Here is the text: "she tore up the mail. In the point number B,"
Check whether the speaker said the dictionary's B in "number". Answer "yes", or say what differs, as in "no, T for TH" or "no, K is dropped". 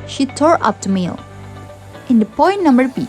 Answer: yes